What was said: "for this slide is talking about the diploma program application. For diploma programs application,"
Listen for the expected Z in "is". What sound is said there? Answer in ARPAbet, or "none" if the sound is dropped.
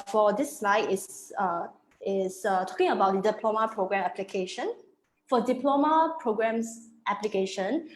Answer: S